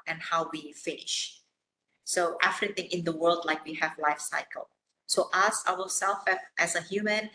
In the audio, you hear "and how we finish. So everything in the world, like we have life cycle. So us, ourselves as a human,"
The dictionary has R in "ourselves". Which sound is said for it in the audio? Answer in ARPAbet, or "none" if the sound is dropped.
W